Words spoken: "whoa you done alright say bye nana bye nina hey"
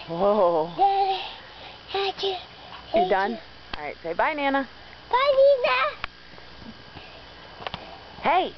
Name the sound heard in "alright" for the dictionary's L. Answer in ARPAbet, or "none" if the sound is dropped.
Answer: none